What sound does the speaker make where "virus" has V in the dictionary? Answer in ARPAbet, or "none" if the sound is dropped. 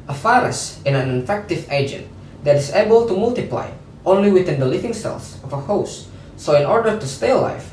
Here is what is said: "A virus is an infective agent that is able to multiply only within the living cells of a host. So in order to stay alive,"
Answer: F